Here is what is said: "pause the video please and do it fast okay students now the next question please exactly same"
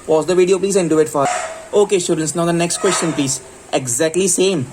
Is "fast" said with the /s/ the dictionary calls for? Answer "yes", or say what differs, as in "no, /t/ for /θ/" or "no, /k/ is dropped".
no, /s/ is dropped